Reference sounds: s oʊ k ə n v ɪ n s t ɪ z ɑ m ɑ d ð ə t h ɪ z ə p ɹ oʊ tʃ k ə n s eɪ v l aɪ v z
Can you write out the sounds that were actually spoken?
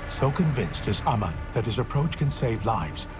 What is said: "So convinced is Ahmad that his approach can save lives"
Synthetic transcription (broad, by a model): s oʊ k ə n v ɪ n s t ɪ z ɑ m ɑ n ð ə t h ɪ z ə p ɹ oʊ tʃ k ə n s eɪ v l aɪ v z